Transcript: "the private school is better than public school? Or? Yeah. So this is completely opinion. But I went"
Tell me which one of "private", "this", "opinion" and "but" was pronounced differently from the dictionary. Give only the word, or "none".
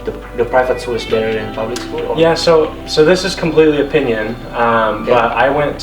private